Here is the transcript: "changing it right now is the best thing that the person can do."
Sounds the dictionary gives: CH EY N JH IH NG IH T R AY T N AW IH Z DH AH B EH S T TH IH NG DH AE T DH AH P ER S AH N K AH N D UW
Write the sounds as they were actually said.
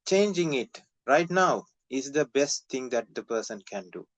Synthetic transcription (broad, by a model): CH EY N JH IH NG IH T R AY T N AW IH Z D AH B EH S T T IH NG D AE T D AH P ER S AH N K AH N D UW